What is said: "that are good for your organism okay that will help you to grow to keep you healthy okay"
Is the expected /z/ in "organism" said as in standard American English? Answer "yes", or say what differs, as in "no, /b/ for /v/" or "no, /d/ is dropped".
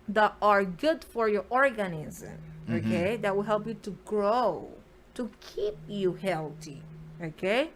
yes